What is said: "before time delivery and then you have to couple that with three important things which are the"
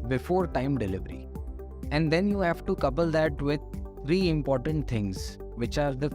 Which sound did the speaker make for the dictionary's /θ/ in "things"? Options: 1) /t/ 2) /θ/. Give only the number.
1